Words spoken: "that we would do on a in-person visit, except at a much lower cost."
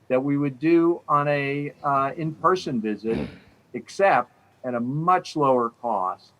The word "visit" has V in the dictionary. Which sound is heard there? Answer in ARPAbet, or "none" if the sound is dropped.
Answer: V